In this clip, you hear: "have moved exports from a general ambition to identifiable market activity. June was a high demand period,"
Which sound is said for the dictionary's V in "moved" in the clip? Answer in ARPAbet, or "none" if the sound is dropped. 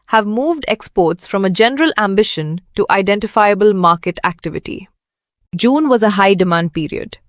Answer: V